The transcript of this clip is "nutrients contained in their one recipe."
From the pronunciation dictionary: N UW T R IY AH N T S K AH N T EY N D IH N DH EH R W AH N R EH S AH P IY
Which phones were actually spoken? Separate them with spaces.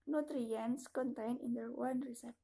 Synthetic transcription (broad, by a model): N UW T R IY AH N S K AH N T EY N IH N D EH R W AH N R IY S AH